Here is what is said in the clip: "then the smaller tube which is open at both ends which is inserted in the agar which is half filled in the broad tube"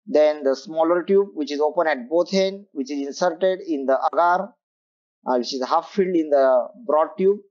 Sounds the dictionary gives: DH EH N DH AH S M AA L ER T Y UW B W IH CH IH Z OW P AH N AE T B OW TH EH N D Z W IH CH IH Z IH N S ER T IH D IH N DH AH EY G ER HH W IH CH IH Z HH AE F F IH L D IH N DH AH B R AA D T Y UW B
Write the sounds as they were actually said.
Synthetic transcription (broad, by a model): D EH N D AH S M AA L ER T Y UW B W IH CH IH Z OW P AH N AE T B OW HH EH N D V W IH CH IH Z IH N S ER T IH D IH N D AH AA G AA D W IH CH IH Z HH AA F F IH L D IH N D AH B R AA D T Y UW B